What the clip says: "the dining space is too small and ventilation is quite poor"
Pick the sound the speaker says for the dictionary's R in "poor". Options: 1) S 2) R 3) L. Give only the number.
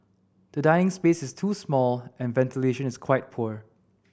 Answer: 2